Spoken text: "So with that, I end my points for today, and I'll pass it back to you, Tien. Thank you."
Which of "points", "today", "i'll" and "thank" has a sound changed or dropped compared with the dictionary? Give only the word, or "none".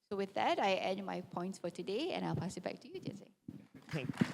thank